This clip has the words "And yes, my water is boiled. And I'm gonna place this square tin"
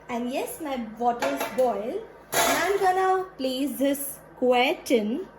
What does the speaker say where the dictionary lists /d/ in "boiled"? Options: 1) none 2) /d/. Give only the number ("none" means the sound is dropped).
1